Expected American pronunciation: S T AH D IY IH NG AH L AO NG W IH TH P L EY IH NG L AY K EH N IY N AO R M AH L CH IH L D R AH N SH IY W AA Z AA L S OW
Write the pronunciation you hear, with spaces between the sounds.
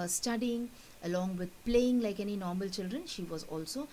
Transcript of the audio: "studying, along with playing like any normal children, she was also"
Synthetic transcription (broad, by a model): S T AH D IY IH NG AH L AO NG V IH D P L EY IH NG L AY K EH N IY N AO R M AH L CH IH L D R AH N SH IY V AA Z AA L S OW